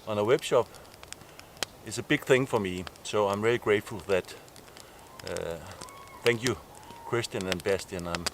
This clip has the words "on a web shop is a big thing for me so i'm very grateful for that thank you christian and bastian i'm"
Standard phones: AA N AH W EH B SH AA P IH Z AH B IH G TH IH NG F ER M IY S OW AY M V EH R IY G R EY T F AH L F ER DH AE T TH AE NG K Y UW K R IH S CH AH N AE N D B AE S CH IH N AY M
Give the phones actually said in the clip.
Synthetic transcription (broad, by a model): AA N AH W EH B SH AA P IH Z AH B IH G TH IH NG F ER M IY S OW AY M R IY L IY G R EY T F AH L DH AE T TH AE NG K Y UW K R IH S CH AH N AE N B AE S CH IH N AY M